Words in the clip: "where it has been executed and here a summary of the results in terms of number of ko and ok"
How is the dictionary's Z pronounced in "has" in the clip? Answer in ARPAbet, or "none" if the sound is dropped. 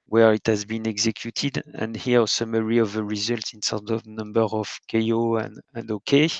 Z